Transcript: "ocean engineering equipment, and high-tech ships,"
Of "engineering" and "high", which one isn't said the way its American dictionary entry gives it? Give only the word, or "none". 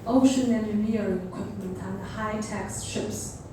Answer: engineering